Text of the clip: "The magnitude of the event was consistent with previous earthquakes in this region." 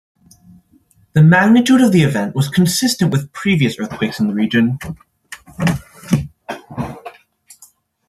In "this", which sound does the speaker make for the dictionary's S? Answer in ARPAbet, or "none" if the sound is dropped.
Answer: none